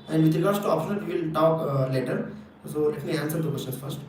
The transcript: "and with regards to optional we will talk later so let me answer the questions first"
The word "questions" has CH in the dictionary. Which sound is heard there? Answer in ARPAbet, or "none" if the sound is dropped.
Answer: none